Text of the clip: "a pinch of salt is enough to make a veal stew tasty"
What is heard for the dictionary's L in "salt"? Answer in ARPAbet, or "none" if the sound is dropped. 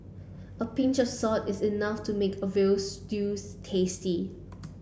none